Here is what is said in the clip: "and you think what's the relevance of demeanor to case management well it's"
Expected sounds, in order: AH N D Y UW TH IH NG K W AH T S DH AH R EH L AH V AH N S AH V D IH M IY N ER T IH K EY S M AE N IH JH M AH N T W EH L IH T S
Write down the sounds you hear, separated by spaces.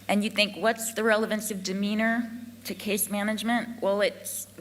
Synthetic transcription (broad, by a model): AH N Y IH TH IH NG K W AH T S DH AH R EH L AH V AH N S AH V D IH M IY N ER T IH K EY S M AE N IH JH M AH N T W EH L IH T S